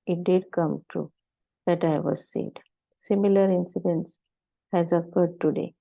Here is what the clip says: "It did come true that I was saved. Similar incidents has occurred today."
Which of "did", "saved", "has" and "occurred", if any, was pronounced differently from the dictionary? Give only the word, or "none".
saved